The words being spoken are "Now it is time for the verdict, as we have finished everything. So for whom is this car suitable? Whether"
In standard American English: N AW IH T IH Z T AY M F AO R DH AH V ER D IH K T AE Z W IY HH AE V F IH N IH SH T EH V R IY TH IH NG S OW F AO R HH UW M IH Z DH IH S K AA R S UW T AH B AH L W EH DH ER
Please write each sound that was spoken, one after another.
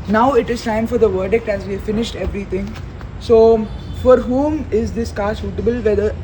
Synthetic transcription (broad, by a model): N AW IH T IH Z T AY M F AO R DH AH V ER D IH K T AE Z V IY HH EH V F IH N IH SH T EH V R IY T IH NG S OW F AO R HH UW M IH Z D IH S K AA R S UW T AH B AH L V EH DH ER